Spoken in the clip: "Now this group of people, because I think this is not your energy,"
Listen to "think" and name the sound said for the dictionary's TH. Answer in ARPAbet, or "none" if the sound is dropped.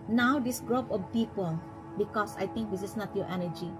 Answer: T